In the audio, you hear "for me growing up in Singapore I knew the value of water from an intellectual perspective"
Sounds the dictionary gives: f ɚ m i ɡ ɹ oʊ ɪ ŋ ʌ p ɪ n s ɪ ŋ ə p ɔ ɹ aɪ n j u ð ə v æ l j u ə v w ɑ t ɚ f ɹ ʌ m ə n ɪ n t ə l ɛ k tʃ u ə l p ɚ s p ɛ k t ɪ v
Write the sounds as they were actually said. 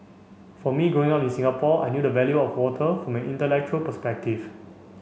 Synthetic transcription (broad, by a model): f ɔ m i ɡ oʊ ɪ ŋ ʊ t ɪ n s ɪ ŋ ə p ɔ aɪ n j u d ə v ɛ l j u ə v w ɑ t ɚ f ɹ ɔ m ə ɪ n t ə l ɛ k tʃ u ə l p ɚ s p ɛ k t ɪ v